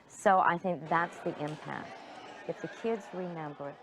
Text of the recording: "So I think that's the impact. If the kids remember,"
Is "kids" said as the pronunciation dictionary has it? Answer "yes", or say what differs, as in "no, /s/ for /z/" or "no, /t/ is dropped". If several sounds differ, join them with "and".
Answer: yes